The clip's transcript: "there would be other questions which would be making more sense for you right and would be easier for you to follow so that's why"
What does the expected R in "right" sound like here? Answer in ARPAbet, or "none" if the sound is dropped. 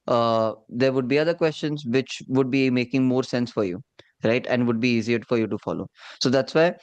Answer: R